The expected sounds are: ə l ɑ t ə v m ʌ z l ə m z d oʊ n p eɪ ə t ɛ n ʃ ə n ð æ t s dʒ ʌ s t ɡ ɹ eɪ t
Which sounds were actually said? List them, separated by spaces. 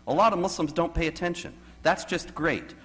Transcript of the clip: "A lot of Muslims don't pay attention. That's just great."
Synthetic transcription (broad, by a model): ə l ɑ t ə v m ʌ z l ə m z d oʊ n p eɪ ə t ɛ n ʃ ə n ð æ t s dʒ ʌ s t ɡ ɹ eɪ t